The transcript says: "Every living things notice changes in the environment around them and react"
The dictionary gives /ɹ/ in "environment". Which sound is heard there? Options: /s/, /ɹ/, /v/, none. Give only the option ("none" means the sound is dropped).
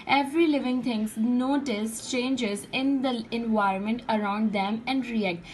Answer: /ɹ/